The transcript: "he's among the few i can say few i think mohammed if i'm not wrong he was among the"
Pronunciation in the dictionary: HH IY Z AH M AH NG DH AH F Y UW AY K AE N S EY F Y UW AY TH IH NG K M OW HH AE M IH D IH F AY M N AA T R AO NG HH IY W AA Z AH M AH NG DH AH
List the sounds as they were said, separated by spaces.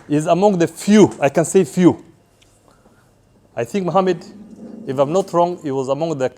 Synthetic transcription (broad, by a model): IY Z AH M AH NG DH AH F Y UW AY K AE N S EY F Y UW AY TH IH NG K M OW HH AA M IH D IH F AY M N AA T R AO NG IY W AA Z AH M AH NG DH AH